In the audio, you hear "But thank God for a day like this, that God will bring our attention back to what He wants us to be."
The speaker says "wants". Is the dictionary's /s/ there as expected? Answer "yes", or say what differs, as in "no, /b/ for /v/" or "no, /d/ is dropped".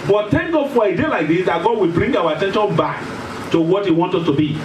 no, /s/ is dropped